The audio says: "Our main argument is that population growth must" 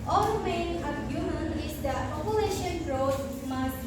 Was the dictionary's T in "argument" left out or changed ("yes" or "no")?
yes